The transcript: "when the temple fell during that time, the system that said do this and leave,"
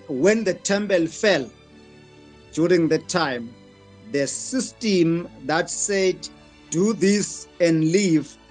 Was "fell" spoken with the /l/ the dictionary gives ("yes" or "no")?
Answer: yes